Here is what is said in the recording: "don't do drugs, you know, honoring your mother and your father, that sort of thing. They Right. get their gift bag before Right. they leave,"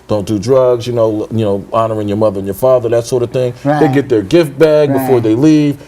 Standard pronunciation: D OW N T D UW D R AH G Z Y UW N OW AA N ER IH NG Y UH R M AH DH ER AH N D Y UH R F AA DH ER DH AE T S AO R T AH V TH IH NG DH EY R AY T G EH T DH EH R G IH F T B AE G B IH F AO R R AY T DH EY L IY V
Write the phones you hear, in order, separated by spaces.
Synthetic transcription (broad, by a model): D OW N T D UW D R AH G Z Y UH N OW AA N ER IH NG Y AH R M AH DH ER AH N Y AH R F AA DH ER DH AE T S AO R T AH V TH IH NG DH EY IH G EH T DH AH R G IH F T B AE G B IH F AO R R DH EY L IY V